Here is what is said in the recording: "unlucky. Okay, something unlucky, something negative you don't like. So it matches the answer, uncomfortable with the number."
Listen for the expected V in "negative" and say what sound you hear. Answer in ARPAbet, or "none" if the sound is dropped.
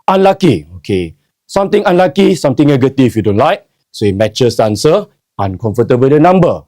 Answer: F